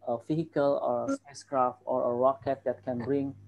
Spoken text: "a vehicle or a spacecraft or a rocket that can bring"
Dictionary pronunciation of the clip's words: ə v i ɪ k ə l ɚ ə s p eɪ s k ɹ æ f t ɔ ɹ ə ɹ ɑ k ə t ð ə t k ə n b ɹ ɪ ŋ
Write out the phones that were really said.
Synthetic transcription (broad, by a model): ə f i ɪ k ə l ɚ ə s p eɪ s k ɹ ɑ f t ɔ ɹ ə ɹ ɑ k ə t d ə t k ə n b ɹ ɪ ŋ